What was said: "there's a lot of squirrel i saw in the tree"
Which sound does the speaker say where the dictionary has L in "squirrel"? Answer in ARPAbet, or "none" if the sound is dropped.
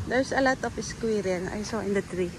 N